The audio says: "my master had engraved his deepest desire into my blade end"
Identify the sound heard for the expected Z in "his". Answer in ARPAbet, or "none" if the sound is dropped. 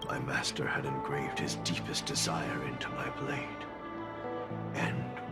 Z